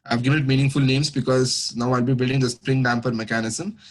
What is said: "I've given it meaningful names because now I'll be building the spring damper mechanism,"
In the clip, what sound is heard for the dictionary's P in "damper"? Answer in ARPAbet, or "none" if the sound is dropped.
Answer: F